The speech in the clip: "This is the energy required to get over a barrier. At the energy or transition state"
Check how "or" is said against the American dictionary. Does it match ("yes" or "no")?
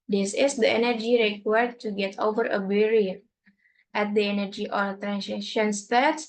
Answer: no